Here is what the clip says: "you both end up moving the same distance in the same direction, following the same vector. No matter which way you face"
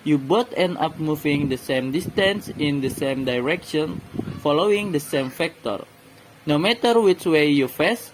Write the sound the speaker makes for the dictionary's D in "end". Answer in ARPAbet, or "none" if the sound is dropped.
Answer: none